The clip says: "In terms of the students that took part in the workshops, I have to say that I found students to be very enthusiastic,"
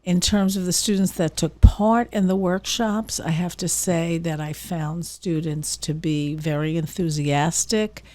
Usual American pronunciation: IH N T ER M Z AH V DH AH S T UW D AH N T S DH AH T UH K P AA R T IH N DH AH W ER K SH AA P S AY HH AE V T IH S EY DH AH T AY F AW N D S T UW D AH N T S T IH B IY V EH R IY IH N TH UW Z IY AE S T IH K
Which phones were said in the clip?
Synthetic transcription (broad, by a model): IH N T ER M Z AH V DH AH S T UW D N T S DH AH T UH K P AA R T IH N DH AH W ER K SH AA P S AY HH AE F T IH S EY DH AH T AY F AW N D S T UW D N T S T IH B IY V EH R IY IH N TH UW Z IY AE S T IH K